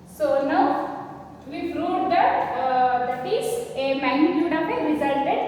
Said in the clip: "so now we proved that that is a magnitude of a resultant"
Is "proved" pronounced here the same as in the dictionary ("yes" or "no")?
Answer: no